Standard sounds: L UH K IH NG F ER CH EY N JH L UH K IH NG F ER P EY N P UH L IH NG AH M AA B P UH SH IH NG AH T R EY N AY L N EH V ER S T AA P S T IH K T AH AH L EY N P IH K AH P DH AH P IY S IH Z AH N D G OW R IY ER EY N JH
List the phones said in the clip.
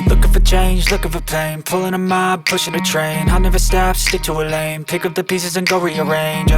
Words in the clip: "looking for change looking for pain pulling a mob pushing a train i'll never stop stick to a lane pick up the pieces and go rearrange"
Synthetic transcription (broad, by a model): L UH K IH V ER CH EY N JH L UH K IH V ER P EY N P UH L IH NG AH M AA B P UH SH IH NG AH T R EY N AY N EH V ER S T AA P S T IH K T AH AH L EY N P IH K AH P DH AH P IY S IH Z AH N G OW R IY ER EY N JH